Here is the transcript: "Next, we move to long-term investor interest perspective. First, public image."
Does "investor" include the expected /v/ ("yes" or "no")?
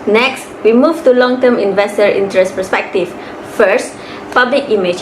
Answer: yes